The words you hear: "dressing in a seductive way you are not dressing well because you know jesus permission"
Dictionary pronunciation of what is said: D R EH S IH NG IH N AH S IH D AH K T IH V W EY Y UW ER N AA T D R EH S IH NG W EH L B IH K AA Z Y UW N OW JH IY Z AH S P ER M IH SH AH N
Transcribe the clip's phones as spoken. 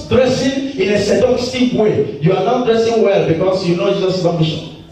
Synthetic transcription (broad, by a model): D R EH S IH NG IH N AH S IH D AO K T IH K W EY Y UW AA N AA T D R EH S IH NG W EH L B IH K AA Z Y UW N OW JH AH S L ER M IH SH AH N